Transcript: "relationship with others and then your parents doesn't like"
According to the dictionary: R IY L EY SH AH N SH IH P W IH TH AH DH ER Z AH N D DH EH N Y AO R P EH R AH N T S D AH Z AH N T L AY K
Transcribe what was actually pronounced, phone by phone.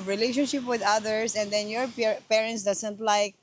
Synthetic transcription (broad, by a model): R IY L EY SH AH N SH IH P W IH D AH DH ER S AH N D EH N Y AO R P EH R AH N T S D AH S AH N T L AY K